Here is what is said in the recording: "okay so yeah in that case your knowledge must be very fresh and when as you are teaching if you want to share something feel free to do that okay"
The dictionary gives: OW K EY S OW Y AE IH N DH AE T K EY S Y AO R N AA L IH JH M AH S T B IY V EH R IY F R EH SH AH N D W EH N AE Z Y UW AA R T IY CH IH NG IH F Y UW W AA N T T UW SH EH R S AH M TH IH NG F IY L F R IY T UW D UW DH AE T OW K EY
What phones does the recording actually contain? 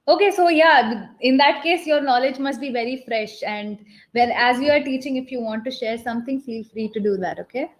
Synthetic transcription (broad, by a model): OW K EY S OW Y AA IH N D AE T K EY S Y AO R N AA L IH JH M AH S T B IY V EH R IY F R EH SH AH N D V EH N AE Z Y UW AA R T IY CH IH NG IH F Y UW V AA N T T UW SH EH R S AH M T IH NG F IY L F R IY T UW D UW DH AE T OW K EY